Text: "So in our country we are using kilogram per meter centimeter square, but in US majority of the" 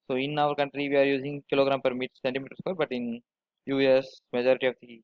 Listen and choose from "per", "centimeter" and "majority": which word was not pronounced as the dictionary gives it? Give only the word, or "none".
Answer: none